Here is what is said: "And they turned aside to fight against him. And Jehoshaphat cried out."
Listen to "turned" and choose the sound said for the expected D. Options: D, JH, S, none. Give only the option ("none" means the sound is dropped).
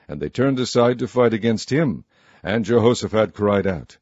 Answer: D